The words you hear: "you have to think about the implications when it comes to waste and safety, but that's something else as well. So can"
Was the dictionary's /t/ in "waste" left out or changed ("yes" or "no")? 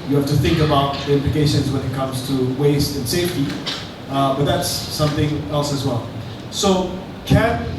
no